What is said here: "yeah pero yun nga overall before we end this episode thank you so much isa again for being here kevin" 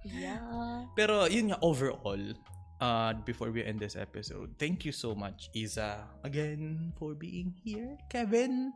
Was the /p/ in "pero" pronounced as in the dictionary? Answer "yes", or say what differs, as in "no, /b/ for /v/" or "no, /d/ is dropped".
yes